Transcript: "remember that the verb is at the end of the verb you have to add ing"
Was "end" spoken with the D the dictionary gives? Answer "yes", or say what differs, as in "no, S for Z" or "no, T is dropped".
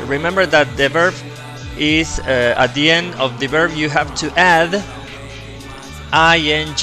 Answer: yes